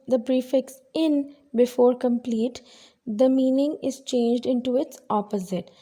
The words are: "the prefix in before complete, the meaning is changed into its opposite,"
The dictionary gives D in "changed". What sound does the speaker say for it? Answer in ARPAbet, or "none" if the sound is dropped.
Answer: D